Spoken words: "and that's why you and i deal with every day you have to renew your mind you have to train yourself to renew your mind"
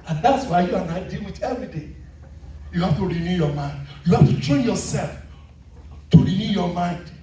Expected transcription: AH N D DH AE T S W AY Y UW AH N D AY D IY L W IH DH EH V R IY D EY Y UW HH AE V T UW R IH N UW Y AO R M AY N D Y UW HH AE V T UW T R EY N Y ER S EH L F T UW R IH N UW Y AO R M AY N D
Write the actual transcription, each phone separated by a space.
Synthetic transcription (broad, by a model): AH N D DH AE T S W AY Y UW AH N AY D IY L W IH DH EH V R IY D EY Y UW HH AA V T UW R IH N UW Y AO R M AY N D Y UW HH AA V T UW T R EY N Y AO S EH L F T UW R IH N UW Y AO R M AY N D